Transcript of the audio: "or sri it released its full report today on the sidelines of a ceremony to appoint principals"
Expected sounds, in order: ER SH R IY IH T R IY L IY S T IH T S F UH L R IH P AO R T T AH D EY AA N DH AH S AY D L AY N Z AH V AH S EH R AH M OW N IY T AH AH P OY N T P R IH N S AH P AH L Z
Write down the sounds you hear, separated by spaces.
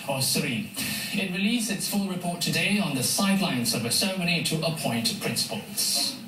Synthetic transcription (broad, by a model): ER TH R IY IH T R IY L IY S IH T S F UH L R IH P AO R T T AH D EY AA N DH AH S AY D L AY N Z AH V AH S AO AH M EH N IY T AH AH P OY N T P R IH N S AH P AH L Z